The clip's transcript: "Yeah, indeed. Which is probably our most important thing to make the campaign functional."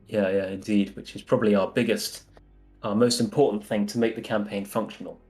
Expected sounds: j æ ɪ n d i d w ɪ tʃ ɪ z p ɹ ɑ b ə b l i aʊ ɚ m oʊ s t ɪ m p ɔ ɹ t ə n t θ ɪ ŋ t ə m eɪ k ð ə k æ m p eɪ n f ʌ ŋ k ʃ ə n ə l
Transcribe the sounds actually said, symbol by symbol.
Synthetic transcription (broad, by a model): j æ ɪ n d i d w ɪ tʃ ɪ z p ɹ ɑ b ə b l i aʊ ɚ m oʊ s t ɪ m p ɔ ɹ t n θ ɪ ŋ t ə m eɪ k ð ə k æ m p eɪ n f ʌ ŋ k ʃ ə n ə l